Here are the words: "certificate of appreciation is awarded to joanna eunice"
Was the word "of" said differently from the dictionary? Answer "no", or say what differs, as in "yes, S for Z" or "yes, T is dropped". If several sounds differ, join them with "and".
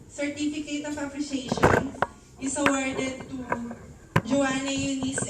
yes, P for V